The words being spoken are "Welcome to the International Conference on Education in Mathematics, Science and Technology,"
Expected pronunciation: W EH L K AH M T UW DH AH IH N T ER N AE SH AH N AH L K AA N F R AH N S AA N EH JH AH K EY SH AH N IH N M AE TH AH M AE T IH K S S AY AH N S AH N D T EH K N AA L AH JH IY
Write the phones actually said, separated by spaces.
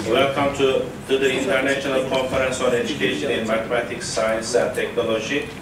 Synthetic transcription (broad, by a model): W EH L K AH M T UW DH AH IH N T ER N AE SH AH N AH L K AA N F R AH N S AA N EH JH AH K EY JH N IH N M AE T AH M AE T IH K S S AY AH N S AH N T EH K N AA L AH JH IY